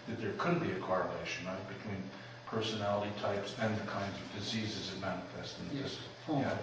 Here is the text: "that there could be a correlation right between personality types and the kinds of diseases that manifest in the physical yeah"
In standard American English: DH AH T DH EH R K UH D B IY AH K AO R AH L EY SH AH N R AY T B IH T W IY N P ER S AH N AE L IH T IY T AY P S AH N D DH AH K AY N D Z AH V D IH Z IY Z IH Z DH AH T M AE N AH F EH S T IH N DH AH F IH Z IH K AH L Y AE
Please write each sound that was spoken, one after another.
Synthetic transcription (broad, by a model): DH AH T DH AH R K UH D B IY AH K AO R AH L EY SH AH N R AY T B IH T W IY N P ER S AH N AE L IH T IY T AY P S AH N DH AH K AY N D Z AH V D IH Z IY Z IH Z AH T M AE N AH F EH S T IH N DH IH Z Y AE